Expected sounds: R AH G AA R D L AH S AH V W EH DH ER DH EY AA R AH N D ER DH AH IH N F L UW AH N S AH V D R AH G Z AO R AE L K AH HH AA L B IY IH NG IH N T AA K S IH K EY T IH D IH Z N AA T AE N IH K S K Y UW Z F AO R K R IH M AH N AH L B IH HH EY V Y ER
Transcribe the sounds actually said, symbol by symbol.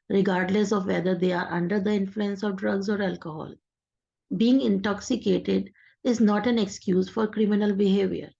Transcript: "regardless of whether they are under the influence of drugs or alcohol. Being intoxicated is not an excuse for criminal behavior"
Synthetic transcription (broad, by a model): R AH G AA R D L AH S AH V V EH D ER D EY AA R AH N D ER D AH IH N F L UW AH N S AH V D R AH G Z AO R AE L K AH HH AA L B IY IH NG IH N T AA K S IH K EY T IH D IH Z N AA T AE N IH K S K Y UW Z F AO R K R IH M AH N AH L B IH HH EY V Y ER